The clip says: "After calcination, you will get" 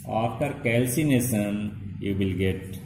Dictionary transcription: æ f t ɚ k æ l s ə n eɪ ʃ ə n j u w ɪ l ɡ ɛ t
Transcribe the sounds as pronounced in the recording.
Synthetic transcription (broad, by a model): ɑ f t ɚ k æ l s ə n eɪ s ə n j u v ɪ l ɡ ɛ t